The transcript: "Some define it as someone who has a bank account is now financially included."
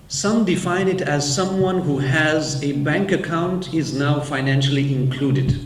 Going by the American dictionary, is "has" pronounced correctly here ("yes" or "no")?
yes